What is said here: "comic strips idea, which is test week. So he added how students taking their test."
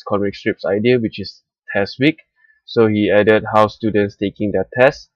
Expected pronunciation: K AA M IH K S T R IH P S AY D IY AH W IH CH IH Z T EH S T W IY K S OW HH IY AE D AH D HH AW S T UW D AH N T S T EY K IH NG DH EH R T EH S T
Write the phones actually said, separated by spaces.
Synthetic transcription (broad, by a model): K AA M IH K S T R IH P S AY D IY AH W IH CH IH S T EH S T W IY K S OW HH IY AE D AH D HH AW S T UW D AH N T S T EY K IH NG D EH T EH S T